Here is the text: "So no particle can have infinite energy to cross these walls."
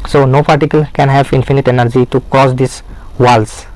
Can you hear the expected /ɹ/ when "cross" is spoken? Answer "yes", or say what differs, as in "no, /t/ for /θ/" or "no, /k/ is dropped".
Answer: no, /ɹ/ is dropped